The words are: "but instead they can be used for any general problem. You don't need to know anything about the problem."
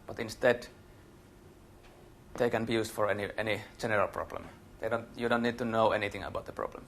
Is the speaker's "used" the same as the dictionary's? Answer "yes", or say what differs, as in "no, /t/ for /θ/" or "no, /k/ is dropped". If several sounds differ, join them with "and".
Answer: no, /s/ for /z/